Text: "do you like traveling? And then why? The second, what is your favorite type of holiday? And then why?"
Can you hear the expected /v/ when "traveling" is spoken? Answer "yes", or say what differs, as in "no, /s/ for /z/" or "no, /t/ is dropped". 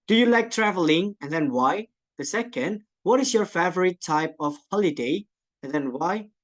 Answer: yes